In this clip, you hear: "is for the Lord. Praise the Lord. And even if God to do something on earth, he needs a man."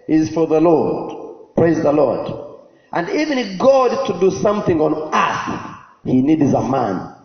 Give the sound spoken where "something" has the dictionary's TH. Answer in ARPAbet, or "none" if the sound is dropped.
TH